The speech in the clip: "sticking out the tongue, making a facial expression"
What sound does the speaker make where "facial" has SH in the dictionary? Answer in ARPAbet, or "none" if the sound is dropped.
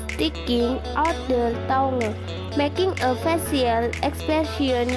S